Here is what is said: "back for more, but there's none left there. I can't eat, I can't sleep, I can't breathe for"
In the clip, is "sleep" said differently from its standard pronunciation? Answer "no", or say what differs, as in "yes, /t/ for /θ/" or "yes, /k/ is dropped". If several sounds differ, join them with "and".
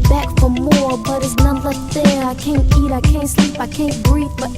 no